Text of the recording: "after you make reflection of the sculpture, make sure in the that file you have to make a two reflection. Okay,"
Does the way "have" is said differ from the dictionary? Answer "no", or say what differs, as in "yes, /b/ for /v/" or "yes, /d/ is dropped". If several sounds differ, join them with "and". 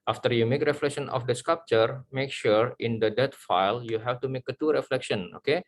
yes, /f/ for /v/